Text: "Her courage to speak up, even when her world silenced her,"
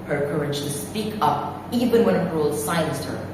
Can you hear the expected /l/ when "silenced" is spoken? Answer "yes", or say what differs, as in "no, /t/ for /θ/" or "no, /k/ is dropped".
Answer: no, /l/ is dropped